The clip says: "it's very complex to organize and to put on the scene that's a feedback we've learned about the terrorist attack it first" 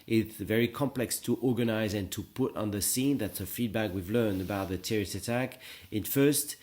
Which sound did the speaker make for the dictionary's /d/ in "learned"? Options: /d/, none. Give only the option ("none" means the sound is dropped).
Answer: /d/